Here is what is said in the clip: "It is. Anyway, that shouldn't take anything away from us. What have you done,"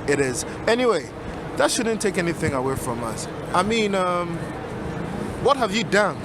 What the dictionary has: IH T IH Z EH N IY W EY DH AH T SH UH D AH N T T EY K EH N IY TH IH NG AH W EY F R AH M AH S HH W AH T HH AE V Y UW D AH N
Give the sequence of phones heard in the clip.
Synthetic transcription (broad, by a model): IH T IH Z EH N IY W EY DH AH T SH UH D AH N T T EY K EH N IY TH IH NG AH W EY F R AH M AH S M W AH T HH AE V Y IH D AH N